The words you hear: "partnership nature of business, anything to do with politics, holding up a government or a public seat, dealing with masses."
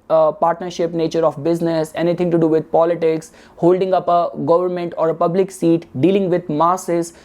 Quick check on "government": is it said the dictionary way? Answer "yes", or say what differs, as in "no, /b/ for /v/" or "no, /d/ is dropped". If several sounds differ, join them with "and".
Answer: yes